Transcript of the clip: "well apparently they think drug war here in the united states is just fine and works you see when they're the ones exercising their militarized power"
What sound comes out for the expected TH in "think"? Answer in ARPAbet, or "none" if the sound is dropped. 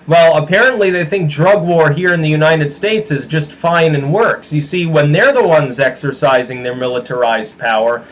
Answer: TH